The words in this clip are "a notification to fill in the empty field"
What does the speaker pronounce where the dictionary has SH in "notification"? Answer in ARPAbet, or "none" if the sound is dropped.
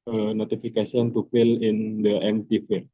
S